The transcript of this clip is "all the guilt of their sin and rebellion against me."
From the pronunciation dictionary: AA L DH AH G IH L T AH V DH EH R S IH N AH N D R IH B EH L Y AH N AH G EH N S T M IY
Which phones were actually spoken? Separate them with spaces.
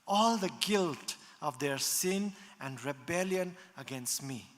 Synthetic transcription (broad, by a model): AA L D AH G IH L T AH V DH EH R S IH N AH N D R IH B EH L Y AH N AH G EH N S T M IY